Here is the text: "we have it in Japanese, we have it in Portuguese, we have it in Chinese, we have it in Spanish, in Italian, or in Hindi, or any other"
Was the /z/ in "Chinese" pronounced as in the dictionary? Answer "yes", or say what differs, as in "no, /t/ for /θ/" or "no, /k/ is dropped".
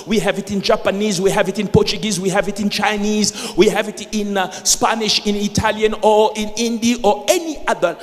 yes